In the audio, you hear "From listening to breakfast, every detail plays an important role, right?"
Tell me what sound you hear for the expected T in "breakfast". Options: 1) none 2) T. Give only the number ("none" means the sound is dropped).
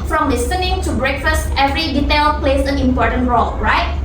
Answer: 2